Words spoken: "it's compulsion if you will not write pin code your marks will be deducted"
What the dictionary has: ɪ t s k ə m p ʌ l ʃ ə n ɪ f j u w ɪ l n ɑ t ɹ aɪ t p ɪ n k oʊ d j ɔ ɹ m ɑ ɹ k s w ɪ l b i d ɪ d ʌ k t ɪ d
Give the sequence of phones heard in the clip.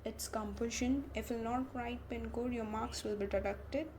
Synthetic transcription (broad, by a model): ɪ t s k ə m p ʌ ʃ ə n ɪ f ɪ l n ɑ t ɹ aɪ t p ɪ n k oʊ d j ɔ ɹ m ɑ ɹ k s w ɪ l b i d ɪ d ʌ k t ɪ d